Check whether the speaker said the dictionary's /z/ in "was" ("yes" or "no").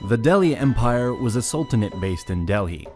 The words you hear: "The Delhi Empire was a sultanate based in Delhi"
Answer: yes